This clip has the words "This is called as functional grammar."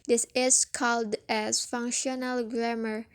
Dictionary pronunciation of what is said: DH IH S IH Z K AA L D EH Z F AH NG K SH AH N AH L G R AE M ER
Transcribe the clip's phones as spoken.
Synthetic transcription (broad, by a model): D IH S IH S K AA L D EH S F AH NG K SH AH N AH L G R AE M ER